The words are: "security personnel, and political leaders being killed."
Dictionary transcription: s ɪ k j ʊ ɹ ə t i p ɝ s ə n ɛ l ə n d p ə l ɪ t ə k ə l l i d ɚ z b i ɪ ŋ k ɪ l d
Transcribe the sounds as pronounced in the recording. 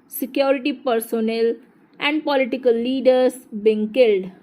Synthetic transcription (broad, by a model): s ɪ k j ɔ ɹ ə t i p ɝ s ə n ɛ l ə n d p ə l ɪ t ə k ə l l i d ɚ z b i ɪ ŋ k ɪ l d